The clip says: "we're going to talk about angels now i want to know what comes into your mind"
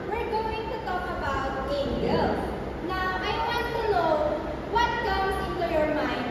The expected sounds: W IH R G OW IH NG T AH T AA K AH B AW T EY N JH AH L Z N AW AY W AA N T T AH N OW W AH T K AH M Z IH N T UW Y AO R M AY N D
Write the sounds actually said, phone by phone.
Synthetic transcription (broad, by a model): W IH R G OW IH NG T AH T AA K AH B AW T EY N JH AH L N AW AY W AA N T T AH L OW W AH T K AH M S IH N T UW Y AO R M AY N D